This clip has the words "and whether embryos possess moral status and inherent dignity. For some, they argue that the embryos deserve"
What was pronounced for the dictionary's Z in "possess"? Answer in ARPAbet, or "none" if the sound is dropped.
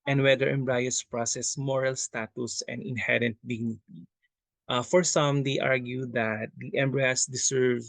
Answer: S